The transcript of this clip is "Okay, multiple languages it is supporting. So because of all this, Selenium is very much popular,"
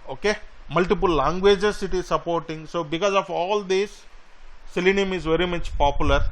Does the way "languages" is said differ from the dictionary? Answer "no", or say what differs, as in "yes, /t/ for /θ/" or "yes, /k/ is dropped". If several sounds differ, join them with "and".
yes, /s/ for /z/